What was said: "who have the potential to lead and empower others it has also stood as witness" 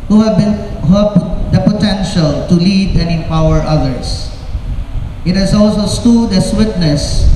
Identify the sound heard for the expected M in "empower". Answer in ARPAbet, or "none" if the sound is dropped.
none